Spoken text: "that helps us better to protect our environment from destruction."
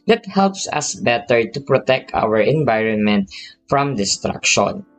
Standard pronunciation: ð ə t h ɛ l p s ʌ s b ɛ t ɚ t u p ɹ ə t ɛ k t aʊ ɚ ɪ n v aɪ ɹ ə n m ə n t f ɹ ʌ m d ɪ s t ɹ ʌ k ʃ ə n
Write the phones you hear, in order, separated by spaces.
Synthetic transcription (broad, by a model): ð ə t h ɛ l p s ʌ s b ɛ t ɚ t u p ɹ ə t ɛ k t aʊ ɚ ɪ n v aɪ ɹ ə n m ə n t f ɹ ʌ m d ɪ s t ɹ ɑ k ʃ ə n